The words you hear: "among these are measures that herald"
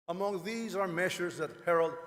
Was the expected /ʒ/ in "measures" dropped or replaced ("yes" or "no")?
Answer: yes